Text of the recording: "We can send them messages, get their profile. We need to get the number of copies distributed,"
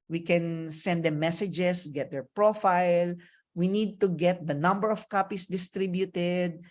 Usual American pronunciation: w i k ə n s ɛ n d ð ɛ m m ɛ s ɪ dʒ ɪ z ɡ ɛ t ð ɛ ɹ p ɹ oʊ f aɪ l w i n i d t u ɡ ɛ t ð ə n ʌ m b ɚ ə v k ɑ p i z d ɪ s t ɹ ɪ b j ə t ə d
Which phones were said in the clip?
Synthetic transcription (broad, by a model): w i k ə n s ɛ n d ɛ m m ɛ s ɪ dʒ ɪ s ɡ ɛ t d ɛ ɹ p ɹ oʊ f aɪ l w i n i d t u ɡ ɛ t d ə n ʌ m b ɚ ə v k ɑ p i s d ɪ s t ɹ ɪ b j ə t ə d